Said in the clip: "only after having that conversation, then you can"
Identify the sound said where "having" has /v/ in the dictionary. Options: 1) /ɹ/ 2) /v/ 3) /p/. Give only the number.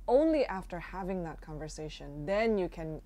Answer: 2